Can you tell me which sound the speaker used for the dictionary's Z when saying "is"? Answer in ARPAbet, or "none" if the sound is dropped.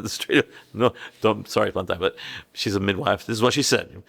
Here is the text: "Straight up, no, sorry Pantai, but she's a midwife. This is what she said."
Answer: Z